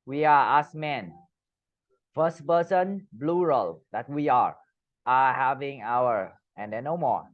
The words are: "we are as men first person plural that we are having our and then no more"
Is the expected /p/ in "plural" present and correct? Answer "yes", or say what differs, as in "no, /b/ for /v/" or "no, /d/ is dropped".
no, /b/ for /p/